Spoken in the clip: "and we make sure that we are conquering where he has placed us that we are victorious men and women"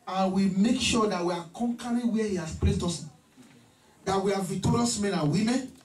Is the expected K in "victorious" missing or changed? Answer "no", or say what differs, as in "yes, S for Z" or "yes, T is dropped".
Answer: yes, K is dropped